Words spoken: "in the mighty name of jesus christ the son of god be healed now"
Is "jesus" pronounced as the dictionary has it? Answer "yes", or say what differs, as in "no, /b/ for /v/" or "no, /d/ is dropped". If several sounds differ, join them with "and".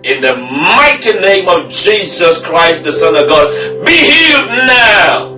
yes